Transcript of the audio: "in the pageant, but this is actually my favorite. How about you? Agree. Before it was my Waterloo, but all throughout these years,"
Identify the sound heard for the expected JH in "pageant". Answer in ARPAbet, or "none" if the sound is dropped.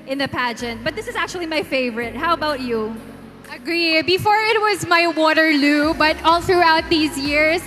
JH